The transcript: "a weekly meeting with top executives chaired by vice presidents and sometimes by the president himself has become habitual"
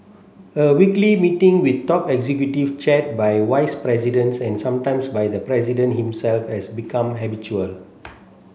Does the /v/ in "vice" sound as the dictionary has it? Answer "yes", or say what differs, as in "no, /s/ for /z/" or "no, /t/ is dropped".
no, /w/ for /v/